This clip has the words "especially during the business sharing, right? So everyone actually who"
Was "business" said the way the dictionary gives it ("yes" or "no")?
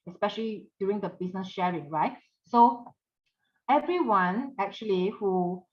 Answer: no